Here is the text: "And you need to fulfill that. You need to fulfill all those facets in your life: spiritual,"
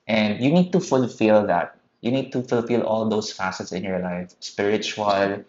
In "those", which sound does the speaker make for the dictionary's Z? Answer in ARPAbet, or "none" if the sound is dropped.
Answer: S